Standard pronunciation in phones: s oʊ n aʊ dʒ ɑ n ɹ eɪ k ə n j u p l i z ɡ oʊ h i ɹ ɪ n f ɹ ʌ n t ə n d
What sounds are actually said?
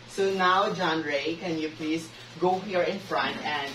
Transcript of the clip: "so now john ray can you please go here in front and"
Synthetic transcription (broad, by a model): s oʊ n aʊ dʒ ɑ n ɹ eɪ k ə n j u p l i s ɡ oʊ h i ɹ ɪ n f ɹ ʌ n t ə n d